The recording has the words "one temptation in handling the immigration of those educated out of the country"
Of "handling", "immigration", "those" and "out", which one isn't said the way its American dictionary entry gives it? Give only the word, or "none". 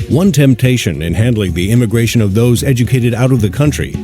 none